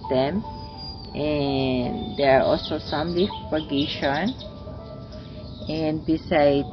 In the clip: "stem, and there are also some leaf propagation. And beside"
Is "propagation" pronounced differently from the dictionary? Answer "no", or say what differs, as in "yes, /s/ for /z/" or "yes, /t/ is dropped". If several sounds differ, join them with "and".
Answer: yes, /ɹ/ is dropped